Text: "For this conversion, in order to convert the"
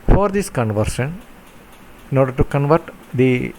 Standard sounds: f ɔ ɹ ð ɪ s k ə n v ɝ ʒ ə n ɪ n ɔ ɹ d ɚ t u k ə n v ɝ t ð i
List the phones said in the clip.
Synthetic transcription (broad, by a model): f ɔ ɹ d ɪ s k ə n v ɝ ʃ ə n ɪ n ɔ ɹ d ɚ t u k ə n v ɝ t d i